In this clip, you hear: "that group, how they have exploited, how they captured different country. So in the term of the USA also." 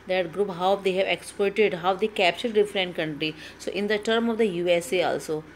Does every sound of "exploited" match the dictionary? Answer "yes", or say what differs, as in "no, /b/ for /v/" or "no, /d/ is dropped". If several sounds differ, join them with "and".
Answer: no, /l/ is dropped